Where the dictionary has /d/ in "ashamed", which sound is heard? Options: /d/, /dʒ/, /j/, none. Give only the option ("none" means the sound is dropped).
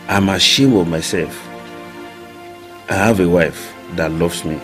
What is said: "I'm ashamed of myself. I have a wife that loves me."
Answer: none